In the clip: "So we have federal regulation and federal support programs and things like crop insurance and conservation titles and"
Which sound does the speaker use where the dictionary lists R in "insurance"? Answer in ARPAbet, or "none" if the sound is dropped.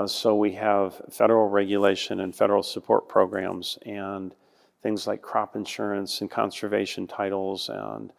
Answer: R